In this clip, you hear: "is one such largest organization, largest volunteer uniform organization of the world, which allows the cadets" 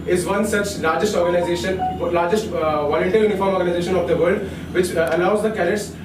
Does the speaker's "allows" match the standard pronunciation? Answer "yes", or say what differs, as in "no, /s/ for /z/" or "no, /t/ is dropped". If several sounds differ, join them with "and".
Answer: no, /n/ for /l/